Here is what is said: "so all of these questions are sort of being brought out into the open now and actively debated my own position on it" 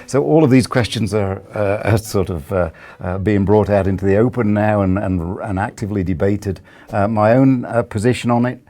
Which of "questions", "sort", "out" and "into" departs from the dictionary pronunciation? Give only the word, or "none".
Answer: none